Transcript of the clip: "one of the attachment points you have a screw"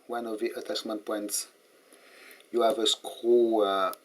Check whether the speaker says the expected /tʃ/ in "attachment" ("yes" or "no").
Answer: no